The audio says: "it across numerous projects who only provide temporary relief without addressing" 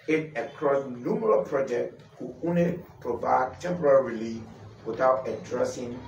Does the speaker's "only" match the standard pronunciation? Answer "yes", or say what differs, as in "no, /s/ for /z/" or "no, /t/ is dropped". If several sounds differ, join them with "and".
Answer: no, /l/ is dropped